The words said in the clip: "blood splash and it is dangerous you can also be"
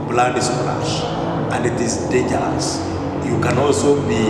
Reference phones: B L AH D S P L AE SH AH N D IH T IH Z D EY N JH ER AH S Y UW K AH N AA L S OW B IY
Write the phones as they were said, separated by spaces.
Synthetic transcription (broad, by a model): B L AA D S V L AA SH AH N D IH T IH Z D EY JH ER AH S Y UW K AH N AA L S OW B IY